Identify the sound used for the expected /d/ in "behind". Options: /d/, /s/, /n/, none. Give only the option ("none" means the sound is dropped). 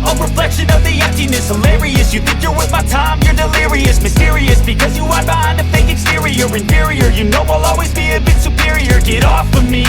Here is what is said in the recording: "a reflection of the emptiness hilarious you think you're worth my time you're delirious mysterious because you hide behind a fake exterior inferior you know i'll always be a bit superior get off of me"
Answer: none